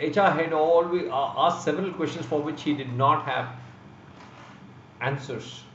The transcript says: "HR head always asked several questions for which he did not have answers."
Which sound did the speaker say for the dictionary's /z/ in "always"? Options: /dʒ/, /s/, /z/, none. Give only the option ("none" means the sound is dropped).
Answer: none